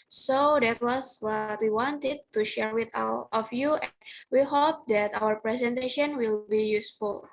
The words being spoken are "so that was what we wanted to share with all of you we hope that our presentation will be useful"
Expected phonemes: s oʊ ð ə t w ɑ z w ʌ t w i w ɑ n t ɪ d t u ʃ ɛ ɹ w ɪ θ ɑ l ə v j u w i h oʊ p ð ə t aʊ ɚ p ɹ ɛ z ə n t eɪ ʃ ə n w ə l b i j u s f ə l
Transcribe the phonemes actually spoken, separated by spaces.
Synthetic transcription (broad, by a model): s oʊ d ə t w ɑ s w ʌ t w i w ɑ n t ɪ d t u ʃ ɛ ɹ w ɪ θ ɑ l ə f j u w i h oʊ p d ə t aʊ ɚ p ɹ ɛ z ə n t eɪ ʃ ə n w ə l b i j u s f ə l